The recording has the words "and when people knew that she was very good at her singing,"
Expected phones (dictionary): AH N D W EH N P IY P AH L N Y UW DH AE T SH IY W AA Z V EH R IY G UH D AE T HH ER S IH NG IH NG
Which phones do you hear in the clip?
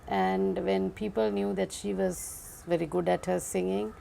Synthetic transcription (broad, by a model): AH N D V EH N P IY P AH L N Y UW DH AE T SH IY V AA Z V EH R IY G UH D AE T HH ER S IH NG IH NG